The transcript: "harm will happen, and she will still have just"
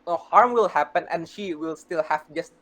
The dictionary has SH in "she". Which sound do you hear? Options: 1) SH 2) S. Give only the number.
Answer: 1